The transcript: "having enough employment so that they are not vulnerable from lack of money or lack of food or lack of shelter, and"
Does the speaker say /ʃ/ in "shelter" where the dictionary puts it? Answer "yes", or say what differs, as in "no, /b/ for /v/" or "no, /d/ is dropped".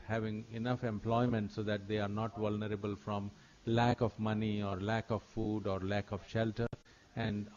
yes